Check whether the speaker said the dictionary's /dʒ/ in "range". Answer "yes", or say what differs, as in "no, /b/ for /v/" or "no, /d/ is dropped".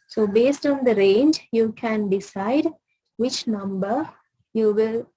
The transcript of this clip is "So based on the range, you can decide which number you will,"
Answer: yes